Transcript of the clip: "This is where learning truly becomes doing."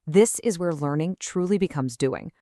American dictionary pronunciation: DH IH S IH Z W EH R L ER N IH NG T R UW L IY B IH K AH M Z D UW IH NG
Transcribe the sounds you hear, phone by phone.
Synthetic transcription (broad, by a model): DH IH S IH Z W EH R L ER N IH NG T R UW L IY B IH K AH M Z D UW IH NG